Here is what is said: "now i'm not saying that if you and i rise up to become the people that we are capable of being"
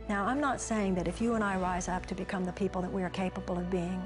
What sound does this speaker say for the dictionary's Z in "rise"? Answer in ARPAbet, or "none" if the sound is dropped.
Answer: Z